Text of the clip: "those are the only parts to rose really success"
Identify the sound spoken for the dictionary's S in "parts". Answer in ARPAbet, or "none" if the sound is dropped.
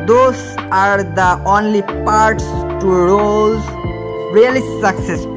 S